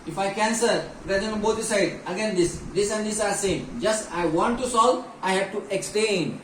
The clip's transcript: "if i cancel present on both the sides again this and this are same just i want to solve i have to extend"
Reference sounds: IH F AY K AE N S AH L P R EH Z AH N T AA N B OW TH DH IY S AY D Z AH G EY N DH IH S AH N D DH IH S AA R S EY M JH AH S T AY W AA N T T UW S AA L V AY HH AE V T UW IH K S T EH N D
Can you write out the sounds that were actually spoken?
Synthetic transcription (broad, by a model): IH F AY K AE N S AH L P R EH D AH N AA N B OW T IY S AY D AH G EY N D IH S AH N D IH S AA R S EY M JH AH S T AY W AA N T T UW S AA L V AY HH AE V T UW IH K S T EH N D